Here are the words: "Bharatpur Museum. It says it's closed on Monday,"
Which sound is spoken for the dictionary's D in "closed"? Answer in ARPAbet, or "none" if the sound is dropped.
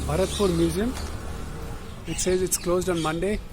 D